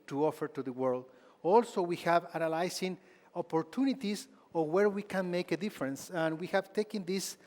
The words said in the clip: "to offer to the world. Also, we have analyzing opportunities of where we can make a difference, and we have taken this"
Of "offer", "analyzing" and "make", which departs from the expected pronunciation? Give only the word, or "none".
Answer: analyzing